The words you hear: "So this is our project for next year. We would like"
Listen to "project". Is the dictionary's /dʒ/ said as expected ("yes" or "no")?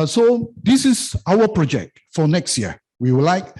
yes